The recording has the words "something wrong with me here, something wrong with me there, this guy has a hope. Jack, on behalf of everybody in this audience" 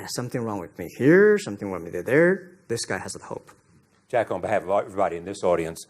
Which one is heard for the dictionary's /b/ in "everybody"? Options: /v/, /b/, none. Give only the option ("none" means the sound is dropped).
none